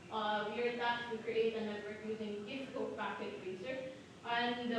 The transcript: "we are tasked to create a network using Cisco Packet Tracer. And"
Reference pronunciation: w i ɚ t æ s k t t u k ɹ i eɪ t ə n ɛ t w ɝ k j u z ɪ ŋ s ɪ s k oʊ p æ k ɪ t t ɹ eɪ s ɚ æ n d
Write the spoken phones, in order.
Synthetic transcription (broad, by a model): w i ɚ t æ k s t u k ɹ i eɪ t ə n ɛ t w ɝ k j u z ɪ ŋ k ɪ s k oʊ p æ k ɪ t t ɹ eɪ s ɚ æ n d